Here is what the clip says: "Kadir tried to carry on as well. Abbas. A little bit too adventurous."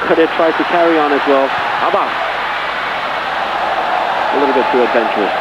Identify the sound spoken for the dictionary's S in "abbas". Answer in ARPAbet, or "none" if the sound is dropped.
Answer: none